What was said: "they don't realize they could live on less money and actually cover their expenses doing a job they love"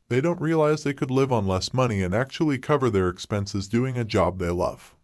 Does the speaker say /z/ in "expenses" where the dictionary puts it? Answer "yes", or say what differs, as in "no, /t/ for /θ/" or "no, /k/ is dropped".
yes